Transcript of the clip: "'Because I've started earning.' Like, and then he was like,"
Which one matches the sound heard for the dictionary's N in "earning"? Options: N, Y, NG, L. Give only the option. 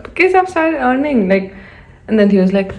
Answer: N